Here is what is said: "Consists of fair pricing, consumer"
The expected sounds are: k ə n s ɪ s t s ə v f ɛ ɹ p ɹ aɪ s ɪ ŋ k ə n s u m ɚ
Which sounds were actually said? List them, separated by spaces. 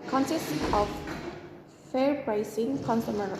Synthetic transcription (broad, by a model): k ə n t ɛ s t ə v f ɛ ɹ b ɹ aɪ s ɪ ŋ k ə n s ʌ m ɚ